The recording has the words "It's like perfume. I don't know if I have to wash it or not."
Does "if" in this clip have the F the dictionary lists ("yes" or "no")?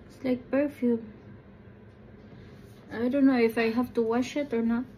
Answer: yes